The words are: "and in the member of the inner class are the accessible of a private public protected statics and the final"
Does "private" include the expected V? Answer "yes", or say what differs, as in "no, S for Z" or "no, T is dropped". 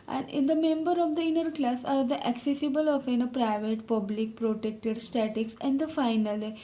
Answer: yes